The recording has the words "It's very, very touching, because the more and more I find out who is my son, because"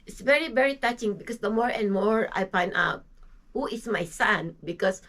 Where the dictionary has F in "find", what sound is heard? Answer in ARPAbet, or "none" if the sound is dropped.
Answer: P